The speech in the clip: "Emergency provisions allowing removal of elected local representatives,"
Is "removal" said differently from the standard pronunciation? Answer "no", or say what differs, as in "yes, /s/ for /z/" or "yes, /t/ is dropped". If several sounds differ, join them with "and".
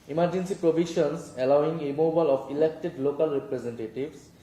yes, /b/ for /v/